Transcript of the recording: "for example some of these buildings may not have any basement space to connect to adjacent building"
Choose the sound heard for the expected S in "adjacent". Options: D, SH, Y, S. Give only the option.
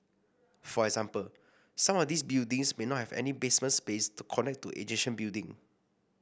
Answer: SH